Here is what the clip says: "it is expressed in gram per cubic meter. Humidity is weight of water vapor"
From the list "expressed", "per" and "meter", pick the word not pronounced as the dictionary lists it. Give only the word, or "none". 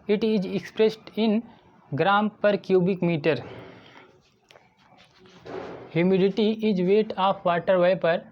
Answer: none